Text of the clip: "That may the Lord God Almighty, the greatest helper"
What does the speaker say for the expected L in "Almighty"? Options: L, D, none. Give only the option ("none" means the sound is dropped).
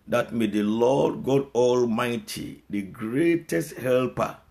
L